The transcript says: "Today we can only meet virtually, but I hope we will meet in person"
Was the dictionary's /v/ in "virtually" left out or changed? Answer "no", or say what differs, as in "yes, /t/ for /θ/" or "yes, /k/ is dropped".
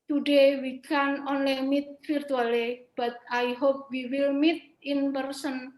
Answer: yes, /f/ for /v/